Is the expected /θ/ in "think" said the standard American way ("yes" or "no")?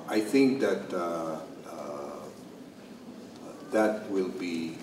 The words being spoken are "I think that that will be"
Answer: yes